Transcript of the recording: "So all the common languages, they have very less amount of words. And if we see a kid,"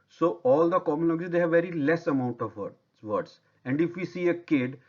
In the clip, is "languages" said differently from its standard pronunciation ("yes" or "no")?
yes